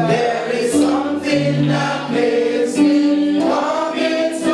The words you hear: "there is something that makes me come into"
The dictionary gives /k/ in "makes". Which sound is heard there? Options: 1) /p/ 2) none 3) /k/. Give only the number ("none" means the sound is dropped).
2